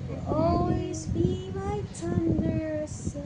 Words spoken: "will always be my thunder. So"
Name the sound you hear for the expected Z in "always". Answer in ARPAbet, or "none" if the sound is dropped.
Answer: Z